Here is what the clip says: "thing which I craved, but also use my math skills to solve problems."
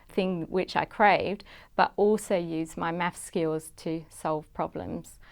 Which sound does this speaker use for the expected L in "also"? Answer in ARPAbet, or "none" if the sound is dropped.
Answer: L